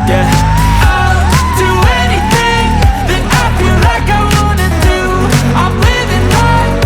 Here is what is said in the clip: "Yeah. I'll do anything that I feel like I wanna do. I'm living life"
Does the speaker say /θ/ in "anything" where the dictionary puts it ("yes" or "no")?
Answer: yes